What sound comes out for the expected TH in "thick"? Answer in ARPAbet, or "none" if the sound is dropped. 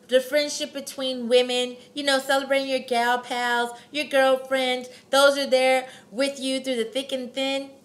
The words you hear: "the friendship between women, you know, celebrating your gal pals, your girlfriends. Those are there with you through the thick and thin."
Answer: TH